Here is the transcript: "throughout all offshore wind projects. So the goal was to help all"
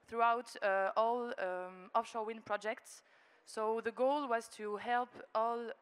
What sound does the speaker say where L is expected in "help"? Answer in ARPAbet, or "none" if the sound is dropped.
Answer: L